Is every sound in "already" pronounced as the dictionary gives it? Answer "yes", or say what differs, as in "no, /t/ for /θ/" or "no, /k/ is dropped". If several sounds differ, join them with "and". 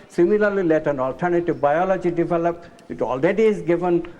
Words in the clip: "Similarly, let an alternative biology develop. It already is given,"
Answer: no, /l/ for /ɹ/